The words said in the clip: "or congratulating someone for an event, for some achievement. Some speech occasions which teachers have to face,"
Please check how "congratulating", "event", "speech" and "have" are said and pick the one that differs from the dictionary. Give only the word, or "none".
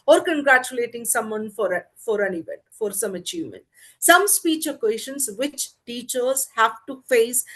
none